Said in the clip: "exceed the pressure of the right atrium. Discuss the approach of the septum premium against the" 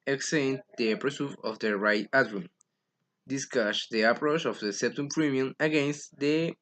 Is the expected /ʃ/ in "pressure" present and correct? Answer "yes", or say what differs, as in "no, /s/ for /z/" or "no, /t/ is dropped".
no, /s/ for /ʃ/